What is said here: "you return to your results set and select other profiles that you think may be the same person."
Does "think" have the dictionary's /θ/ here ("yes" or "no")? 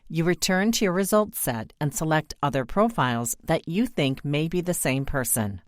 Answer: yes